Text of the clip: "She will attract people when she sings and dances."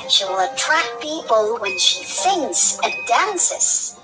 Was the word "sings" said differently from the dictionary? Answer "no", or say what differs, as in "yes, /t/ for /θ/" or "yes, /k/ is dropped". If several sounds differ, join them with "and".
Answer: yes, /θ/ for /s/ and /s/ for /z/